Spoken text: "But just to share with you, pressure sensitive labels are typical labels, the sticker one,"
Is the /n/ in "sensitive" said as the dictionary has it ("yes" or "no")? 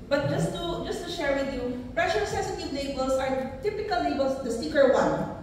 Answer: no